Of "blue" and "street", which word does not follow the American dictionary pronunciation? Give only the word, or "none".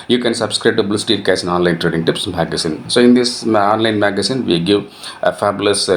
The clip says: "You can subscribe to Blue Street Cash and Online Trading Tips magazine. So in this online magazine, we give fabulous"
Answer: street